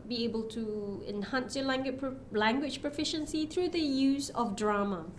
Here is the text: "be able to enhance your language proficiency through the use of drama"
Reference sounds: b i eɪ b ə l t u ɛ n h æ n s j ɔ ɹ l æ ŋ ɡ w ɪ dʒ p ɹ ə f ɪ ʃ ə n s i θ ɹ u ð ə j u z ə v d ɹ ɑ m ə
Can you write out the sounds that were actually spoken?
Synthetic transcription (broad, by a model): b i eɪ b ə l t u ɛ n h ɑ n s j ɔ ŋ l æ ŋ ɡ w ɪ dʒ p ɹ ə f ɪ ʃ ə n s i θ ɹ u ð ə j u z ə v d ɹ ɑ m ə